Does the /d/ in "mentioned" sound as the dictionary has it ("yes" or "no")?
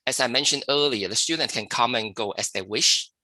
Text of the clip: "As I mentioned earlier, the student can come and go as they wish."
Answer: yes